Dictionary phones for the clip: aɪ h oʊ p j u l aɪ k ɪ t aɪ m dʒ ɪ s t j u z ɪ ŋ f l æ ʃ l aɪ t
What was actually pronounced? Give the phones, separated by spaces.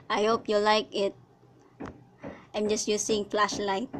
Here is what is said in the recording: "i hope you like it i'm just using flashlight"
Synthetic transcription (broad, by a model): aɪ h oʊ p j u l aɪ k ɪ t aɪ m dʒ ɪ s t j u s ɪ ŋ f l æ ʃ l aɪ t